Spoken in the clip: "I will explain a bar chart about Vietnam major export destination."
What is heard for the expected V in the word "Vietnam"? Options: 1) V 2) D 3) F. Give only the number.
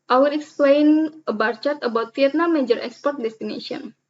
3